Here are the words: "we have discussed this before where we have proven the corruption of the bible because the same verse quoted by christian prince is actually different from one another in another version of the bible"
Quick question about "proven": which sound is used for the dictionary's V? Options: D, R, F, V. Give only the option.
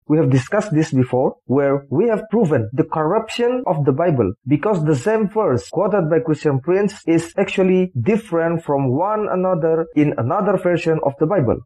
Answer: V